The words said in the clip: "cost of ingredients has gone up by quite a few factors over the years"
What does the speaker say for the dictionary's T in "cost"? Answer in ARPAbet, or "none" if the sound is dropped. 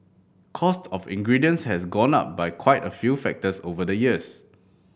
T